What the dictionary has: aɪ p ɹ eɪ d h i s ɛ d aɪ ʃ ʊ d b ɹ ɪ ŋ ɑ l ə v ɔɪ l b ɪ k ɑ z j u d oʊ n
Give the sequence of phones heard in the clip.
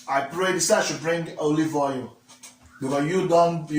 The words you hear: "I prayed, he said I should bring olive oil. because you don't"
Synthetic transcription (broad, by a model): aɪ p ɹ eɪ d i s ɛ aɪ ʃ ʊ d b ɹ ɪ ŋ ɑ l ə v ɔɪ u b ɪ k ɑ j u d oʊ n